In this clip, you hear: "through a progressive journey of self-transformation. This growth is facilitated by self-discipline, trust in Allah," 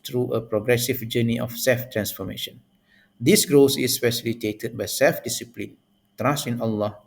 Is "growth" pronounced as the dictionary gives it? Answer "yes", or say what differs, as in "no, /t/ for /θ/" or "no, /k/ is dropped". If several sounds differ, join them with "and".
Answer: no, /s/ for /θ/